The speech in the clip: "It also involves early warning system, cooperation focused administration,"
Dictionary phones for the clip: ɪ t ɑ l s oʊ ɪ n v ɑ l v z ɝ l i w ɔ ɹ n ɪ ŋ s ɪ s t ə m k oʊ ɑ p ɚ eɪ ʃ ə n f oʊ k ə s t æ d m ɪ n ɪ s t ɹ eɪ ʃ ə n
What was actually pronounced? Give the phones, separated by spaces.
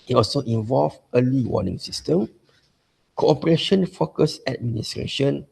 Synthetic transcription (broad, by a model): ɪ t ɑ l s oʊ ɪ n v ɑ l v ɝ l i w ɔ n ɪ ŋ s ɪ s t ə m k oʊ ɑ p ɚ eɪ ʃ ə n f oʊ k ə s æ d m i n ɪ s t ɹ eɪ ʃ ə n